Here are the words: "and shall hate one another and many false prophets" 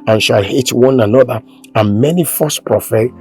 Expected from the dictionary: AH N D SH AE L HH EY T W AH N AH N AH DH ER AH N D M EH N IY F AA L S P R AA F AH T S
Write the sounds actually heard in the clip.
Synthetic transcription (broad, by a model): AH N SH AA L HH EY T W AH N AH N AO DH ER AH N M EH N IY F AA S P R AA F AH